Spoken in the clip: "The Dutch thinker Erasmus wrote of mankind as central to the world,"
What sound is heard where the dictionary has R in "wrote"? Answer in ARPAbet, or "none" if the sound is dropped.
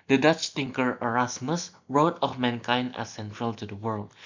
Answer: R